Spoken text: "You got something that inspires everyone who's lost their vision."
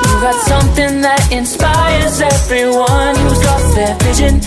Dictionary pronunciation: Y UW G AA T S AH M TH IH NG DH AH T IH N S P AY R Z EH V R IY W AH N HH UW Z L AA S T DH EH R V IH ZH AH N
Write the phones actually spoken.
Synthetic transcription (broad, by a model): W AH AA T S AH M TH IH NG DH AH T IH N S P AY R Z EH V R IY W AH N HH UW Z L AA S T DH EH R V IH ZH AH N